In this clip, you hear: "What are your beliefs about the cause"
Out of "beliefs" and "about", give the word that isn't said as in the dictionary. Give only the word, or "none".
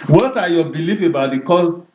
beliefs